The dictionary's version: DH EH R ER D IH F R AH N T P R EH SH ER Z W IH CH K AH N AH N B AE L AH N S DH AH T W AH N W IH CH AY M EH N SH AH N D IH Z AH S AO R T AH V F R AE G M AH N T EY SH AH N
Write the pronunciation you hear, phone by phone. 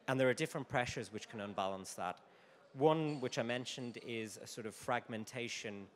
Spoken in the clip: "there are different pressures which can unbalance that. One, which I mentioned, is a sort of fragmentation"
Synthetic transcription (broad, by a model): DH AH R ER D IH F R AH N P R EH SH ER Z W IH CH K AH N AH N B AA L AH N S DH AH T W AH N W IH CH AY M EH N SH AH N D IH Z AH S AO R T AH V F R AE G M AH N T EY SH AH N